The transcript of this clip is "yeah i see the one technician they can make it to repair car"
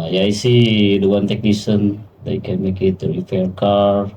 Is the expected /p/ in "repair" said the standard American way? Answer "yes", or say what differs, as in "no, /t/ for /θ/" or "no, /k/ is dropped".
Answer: no, /f/ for /p/